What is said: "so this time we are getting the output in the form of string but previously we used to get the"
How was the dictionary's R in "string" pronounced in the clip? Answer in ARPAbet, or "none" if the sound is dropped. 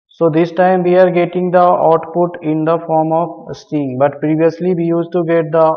none